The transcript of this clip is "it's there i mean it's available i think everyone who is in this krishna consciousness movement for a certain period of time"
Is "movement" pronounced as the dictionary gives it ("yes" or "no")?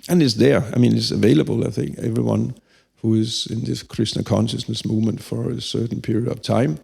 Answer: yes